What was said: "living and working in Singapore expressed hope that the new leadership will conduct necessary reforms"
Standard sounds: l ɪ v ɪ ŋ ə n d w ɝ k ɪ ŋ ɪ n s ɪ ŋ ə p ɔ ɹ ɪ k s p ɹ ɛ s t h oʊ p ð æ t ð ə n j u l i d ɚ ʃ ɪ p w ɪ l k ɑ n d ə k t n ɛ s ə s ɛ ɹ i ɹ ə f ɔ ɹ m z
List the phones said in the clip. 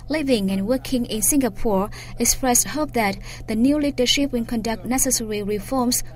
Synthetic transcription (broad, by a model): l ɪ v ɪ ŋ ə n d w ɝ k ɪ ŋ ɪ n s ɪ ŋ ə p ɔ ɹ ɪ k s p ɹ ɛ s t h oʊ p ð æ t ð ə n j u l i d ɚ ʃ ɪ p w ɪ n k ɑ n d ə k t n ɛ s ə s ɛ ɹ i ɹ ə f ɔ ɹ m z